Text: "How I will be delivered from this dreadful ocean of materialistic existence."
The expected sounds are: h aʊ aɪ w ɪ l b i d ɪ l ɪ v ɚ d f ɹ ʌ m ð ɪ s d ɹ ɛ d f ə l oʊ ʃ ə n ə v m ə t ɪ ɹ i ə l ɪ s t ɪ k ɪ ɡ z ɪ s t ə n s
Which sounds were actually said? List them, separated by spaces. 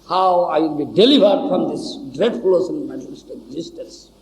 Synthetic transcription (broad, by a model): h aʊ aɪ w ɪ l b i d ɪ l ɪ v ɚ d f ɹ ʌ m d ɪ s d ɹ ɛ d f ə l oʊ s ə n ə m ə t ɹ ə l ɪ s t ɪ ɪ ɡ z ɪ s t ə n s